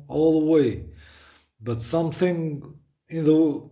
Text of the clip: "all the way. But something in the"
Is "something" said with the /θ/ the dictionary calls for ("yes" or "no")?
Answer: yes